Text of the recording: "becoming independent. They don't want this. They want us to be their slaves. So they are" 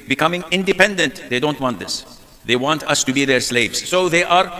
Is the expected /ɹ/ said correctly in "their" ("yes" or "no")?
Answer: yes